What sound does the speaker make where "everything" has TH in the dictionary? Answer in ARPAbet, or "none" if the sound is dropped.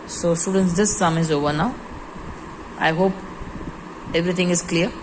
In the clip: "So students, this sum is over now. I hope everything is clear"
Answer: T